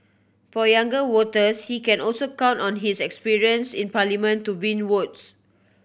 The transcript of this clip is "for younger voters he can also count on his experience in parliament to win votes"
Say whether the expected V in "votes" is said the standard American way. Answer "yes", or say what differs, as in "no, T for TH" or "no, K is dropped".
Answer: no, W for V